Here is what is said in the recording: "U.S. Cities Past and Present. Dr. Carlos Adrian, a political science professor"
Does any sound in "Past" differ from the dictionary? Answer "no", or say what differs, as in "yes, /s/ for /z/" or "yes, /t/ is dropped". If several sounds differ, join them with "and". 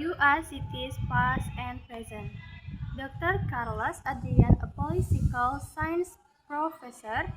yes, /t/ is dropped